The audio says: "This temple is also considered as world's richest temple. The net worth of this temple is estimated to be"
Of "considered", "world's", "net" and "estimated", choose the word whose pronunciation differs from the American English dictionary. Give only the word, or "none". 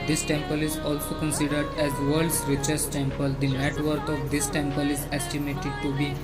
world's